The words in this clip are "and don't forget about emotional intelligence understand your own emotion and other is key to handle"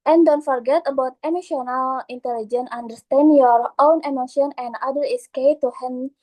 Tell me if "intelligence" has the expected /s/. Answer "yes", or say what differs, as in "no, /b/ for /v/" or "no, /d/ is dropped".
no, /s/ is dropped